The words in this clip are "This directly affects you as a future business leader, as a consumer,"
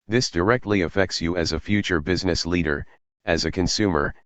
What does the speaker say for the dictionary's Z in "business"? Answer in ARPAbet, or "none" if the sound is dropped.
Z